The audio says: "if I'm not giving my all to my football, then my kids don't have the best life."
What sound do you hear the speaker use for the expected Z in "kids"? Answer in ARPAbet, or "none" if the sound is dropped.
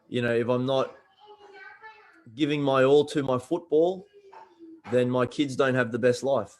Z